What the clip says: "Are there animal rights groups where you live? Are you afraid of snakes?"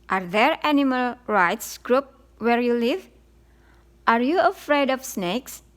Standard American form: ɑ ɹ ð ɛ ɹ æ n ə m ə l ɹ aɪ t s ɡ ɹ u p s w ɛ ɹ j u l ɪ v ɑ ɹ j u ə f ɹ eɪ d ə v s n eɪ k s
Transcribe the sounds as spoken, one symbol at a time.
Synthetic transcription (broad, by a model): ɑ ɹ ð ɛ ɹ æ n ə m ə l ɹ aɪ t s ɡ ɹ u p w ɛ ɹ j u l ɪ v ɑ ɹ j u ə f ɹ eɪ d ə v s n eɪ k s